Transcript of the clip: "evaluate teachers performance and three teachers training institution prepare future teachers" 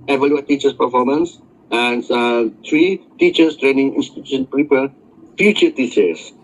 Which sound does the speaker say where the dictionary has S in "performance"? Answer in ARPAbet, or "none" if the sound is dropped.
S